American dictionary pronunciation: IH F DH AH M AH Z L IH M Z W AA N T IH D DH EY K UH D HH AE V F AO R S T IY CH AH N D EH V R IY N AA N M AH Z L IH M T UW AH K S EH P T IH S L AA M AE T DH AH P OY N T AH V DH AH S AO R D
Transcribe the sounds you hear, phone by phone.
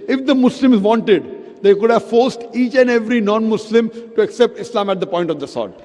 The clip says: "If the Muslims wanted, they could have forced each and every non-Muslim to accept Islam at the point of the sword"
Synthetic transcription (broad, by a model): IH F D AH M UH S L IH M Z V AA N T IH D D EY K UH D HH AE V F AO R S T IY CH AH N D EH V R IY N AA N M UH S L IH M T UW AH K S EH P T IH S L AA M AE T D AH P OY N T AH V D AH S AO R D